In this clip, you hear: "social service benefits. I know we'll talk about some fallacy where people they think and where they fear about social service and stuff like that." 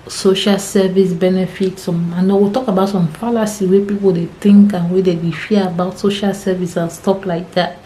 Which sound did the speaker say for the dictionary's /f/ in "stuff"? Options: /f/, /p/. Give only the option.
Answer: /p/